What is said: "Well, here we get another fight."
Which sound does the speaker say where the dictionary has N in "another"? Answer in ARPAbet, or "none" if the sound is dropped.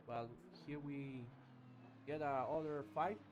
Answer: none